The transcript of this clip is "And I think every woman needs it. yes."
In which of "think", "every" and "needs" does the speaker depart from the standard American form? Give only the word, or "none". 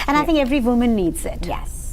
none